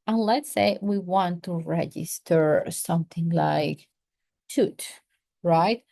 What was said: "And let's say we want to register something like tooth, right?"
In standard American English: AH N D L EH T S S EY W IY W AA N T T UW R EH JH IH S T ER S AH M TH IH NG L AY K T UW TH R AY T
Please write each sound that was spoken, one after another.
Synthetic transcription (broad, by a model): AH N L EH T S S EY W IY W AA N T T UW R EH JH IH S T ER S AH M TH IH NG L AY K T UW T R AY T